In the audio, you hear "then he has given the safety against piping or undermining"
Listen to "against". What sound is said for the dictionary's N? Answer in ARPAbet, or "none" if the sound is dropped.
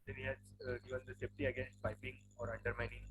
N